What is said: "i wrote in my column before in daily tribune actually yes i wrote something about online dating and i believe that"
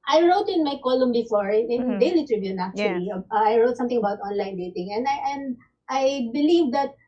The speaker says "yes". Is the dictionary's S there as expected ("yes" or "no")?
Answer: no